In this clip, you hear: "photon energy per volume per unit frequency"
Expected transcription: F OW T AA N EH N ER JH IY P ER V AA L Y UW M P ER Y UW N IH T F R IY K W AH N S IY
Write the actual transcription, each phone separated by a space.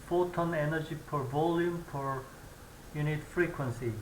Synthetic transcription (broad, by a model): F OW T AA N EH N ER JH IY P ER V AA L Y UW M P ER Y UW N IH T F R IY K W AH N S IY